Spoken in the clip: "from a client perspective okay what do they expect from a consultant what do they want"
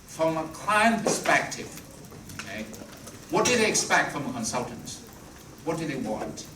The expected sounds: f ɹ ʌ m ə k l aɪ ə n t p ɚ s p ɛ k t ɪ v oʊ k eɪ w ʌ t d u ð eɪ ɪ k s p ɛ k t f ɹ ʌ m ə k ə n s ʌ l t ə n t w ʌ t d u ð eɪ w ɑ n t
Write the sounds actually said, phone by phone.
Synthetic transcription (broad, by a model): f ɹ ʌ m ə k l aɪ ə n p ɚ s p ɛ k t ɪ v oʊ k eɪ w ʌ t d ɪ ð eɪ ɪ k s p ɛ k t f ɹ ʌ m ə k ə n s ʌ l t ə n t w ʌ t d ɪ ð eɪ w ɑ n t